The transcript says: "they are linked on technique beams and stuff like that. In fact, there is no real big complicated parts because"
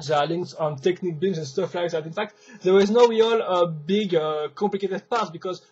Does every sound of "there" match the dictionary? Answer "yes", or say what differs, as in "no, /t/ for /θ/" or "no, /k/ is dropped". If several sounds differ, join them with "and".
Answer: no, /w/ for /ɹ/